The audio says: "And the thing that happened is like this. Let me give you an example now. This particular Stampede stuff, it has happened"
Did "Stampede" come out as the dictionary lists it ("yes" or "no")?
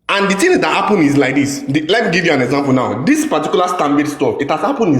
no